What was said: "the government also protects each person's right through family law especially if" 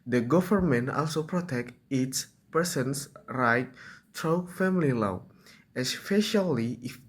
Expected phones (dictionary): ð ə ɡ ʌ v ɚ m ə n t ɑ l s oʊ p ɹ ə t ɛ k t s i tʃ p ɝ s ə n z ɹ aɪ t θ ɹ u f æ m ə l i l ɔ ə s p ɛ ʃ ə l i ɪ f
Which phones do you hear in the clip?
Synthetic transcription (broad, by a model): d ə ɡ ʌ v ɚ m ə n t ɑ l s oʊ p ɹ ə t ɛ k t i s p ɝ s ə n s ɹ aɪ t t ɹ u f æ m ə l i l ɔ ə s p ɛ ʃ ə l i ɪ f